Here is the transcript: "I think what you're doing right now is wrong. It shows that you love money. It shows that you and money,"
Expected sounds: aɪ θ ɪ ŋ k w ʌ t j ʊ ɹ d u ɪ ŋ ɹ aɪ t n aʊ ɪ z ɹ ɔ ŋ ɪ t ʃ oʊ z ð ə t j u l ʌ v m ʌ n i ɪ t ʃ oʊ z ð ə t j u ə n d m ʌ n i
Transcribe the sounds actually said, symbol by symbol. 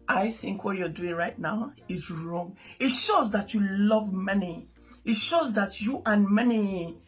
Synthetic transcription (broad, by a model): aɪ θ ɪ ŋ k w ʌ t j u d u ɪ ŋ ɹ aɪ t n aʊ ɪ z ɹ ɔ ŋ ɪ t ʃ oʊ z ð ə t j u l ʌ v m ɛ n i ɪ t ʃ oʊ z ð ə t j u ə n m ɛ n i